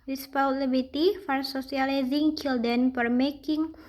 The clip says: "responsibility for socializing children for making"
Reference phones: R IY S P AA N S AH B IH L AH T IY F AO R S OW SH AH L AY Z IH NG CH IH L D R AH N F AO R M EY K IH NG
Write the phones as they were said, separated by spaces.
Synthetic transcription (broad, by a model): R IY S P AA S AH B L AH T IY F AO R S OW S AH L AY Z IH NG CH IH L D AH N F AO R M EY K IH NG